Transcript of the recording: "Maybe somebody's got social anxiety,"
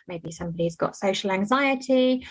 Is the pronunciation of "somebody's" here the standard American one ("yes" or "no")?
yes